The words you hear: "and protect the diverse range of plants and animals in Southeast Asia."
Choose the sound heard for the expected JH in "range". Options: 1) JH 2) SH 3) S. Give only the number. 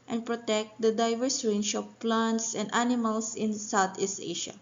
2